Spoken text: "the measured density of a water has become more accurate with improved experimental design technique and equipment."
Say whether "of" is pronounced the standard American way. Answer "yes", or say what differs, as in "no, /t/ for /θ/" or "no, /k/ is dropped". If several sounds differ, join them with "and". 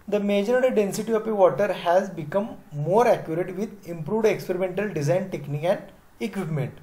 no, /p/ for /v/